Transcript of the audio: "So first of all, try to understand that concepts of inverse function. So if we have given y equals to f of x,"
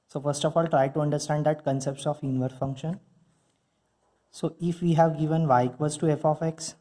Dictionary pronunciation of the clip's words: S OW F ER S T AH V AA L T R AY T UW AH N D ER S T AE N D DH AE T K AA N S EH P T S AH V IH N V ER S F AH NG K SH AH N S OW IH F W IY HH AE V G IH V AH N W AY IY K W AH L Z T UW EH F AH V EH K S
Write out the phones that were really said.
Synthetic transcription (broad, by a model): S OW F ER S T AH F AA L T R AY T UW AH N D ER S T AE N D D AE T K AA N S EH P T S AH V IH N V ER F AH NG K SH AH N S OW IH F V IY HH AE V G IH V AH N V AY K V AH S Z T UW EH F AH F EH K S